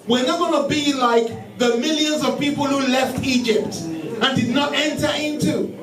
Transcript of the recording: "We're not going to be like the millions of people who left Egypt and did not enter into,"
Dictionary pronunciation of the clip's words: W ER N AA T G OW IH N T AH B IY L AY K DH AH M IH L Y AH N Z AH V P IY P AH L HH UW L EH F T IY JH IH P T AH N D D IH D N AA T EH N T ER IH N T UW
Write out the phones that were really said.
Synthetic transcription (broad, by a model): W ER N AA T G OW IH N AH B IY L AY K DH AH M IH L Y AH N Z AH V P IY P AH L HH UW L EH F T IY JH IH P T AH N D D IH D N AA T EH N T ER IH N T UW